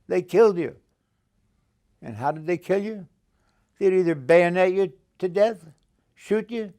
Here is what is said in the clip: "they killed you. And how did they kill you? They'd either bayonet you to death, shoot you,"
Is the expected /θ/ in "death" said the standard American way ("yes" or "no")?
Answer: yes